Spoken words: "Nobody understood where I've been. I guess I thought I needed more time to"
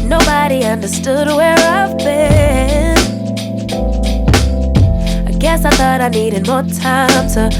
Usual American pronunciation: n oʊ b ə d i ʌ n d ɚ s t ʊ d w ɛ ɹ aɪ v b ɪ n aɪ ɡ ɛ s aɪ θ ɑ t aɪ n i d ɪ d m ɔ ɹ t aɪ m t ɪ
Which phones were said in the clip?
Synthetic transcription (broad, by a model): n oʊ b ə d i ʌ n d ɚ s t ʊ d w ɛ ɹ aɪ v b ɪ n aɪ ɡ ɛ s aɪ θ ɑ t aɪ n i d ɪ d m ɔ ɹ t aɪ m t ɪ